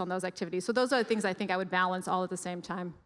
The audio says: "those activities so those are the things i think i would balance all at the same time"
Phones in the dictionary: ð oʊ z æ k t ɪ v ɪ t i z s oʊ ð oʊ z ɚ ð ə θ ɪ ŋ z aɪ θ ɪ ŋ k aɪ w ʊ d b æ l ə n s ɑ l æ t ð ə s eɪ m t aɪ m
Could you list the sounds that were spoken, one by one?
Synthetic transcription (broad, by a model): ð oʊ z æ k t ɪ v ɪ t i z s oʊ ð oʊ z ɚ ð ə θ ɪ ŋ z aɪ θ ɪ ŋ k aɪ w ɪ d b æ l ə n s ɑ l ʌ t ð ə s eɪ m t aɪ m